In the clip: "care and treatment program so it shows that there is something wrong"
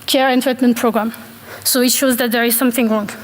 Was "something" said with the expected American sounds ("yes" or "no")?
yes